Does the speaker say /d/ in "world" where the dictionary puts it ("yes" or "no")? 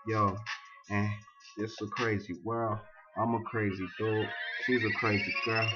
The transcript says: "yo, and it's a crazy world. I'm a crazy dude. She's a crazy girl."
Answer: no